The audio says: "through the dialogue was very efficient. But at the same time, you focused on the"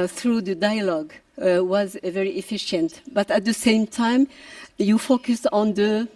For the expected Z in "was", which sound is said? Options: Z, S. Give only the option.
Z